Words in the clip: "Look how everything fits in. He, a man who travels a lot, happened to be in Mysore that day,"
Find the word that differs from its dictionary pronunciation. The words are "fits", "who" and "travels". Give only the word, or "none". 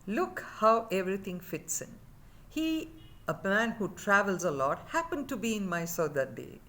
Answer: none